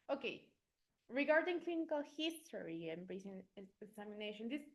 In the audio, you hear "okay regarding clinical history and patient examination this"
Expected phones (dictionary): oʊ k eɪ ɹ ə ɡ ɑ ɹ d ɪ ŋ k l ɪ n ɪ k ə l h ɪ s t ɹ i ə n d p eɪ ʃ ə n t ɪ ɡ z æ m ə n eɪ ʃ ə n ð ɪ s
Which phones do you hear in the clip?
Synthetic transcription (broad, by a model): oʊ k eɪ ɹ ə ɡ ɑ ɹ d ɪ ŋ k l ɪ n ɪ k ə l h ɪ s t ɹ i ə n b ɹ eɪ s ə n ɪ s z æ m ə n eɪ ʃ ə n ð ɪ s